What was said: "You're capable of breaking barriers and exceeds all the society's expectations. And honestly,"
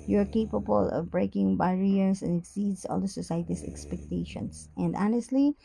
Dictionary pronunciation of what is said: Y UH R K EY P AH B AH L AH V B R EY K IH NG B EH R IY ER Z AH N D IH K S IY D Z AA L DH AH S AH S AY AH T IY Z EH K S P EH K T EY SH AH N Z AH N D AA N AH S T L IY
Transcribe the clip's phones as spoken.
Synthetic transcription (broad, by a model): Y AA R K EY P AH B AH L AH V B R EY K IH NG B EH R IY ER S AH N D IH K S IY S AA L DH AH S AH S AY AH T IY S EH K S P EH K T EY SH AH N S AH N D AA N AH S T L IY